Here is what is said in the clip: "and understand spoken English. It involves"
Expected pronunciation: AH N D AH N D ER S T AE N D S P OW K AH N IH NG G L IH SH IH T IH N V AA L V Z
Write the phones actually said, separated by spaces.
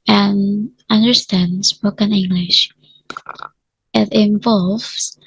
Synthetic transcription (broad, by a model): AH N AH N D ER S T AE N D S P OW K AH N IH NG G L IH SH IH T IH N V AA L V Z